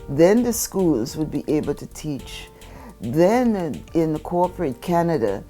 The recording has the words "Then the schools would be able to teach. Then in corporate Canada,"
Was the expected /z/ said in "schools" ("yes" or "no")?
yes